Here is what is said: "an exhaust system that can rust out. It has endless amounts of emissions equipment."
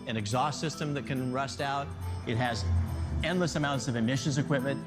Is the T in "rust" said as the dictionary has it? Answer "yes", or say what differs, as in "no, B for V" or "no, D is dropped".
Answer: yes